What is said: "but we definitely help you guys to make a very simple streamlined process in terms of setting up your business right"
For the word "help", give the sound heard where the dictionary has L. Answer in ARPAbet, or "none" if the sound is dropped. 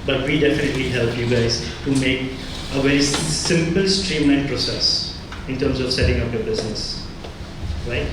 L